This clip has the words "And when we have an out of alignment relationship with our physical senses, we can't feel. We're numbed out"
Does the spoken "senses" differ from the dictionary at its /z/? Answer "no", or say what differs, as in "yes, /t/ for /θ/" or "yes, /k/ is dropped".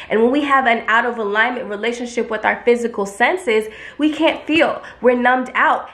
no